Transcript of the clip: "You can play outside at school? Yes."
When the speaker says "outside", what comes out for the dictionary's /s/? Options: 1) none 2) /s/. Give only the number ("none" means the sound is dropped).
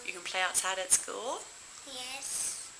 1